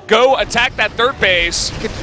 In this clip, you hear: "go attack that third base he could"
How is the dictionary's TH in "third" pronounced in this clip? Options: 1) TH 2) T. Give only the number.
1